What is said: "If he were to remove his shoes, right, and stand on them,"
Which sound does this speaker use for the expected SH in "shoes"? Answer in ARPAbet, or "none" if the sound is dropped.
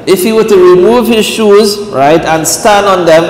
SH